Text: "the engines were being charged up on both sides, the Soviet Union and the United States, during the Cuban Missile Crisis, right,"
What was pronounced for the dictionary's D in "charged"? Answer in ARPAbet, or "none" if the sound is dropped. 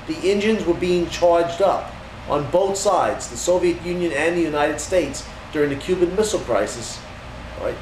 D